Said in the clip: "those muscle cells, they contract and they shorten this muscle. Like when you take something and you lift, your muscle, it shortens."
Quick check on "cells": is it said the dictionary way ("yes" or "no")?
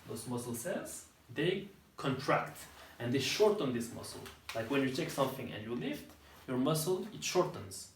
no